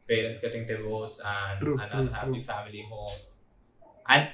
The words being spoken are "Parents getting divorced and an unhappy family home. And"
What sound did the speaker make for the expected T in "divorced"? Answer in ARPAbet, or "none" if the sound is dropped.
none